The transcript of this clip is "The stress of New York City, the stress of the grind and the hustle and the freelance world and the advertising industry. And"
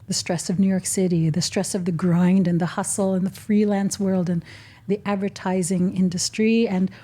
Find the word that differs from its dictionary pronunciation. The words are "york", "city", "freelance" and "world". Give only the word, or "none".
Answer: none